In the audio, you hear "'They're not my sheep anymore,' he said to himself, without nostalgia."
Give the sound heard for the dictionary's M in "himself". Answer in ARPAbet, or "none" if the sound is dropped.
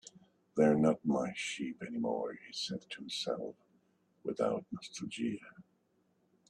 none